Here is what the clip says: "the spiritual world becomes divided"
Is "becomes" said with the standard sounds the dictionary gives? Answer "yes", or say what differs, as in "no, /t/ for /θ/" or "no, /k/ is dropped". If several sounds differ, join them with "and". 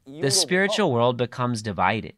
yes